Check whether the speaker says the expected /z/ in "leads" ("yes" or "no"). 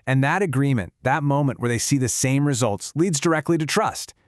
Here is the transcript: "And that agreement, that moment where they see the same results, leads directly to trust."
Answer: yes